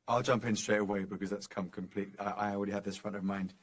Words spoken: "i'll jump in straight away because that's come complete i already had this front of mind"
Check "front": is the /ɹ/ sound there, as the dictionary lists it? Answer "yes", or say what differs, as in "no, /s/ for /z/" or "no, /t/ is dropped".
yes